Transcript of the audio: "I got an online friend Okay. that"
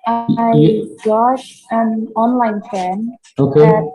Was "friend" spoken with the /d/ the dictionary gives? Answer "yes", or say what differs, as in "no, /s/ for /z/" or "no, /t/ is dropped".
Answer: no, /d/ is dropped